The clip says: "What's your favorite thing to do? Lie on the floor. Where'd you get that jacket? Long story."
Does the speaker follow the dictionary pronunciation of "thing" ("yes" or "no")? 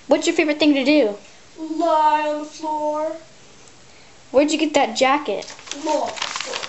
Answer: yes